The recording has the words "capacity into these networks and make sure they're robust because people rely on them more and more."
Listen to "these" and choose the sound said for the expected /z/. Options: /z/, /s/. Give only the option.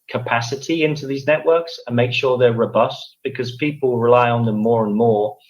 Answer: /z/